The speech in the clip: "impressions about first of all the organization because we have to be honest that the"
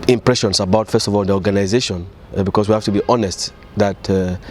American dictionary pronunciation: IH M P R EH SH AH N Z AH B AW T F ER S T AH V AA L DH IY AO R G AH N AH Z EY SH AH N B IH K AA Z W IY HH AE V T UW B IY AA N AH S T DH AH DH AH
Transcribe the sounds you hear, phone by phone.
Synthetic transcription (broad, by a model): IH M P R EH SH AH N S AH B AW T F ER S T AH V AA L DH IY AO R G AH N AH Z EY SH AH N B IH K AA S W IY HH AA F T UW B IY AA N AH S T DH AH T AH